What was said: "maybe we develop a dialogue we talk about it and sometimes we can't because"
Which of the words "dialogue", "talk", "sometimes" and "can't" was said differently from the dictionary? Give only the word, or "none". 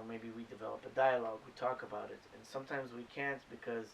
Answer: none